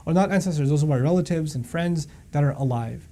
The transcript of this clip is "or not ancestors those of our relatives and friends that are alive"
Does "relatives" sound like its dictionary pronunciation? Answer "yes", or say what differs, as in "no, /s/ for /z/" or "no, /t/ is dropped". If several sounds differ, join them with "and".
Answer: yes